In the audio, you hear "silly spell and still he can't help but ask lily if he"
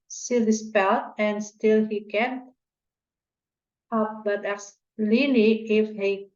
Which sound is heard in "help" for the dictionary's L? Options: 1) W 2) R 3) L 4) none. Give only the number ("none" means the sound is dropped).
4